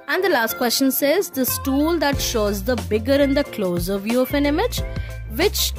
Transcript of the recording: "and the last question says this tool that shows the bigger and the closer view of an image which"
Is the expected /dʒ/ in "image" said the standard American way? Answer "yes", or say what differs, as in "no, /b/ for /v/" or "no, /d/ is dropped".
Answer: yes